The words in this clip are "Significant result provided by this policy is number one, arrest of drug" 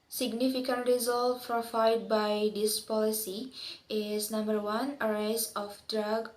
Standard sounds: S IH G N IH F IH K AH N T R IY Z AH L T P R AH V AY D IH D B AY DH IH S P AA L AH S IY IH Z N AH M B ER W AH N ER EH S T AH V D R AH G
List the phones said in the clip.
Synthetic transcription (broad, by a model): S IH G N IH F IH K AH N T R IY Z AH L T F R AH F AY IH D B AY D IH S P AA L AH S IY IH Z N AH M B ER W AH N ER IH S AH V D R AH G